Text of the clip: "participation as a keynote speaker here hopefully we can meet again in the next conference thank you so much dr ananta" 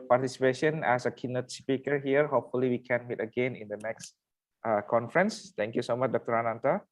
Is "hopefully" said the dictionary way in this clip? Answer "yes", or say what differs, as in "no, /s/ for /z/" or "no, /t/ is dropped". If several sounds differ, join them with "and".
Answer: yes